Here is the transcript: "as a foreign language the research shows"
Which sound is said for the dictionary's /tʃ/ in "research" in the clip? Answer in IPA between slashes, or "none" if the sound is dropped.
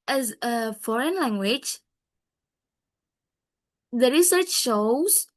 /tʃ/